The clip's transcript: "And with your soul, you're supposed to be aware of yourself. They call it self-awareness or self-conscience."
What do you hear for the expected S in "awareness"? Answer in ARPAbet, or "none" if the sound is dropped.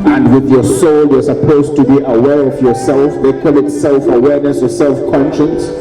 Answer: S